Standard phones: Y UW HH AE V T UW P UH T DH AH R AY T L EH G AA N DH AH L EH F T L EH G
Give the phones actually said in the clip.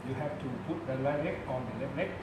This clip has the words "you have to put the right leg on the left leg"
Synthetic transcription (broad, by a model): Y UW HH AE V T UW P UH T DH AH L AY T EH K AA N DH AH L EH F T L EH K